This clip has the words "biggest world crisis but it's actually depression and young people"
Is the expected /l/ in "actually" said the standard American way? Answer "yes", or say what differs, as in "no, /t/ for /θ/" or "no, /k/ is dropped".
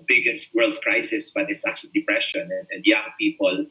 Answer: no, /l/ is dropped